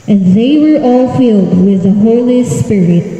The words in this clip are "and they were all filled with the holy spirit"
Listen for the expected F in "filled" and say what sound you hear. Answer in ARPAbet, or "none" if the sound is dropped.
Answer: F